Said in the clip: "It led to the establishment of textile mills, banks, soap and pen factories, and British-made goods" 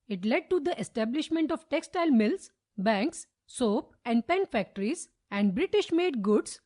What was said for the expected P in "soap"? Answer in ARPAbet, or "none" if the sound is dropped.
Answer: P